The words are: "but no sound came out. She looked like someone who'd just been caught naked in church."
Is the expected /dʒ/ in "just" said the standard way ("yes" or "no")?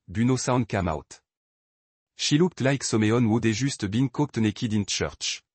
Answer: no